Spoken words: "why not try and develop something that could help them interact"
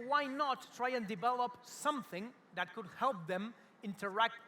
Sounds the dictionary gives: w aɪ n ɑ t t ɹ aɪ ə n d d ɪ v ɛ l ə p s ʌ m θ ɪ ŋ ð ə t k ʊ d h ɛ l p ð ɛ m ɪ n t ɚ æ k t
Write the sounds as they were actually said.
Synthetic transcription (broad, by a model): w aɪ n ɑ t t ɹ aɪ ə n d d ɪ v ɛ l ə p s ʌ m θ ɪ ŋ ð ə t k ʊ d h ɛ l p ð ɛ m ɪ n t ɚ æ k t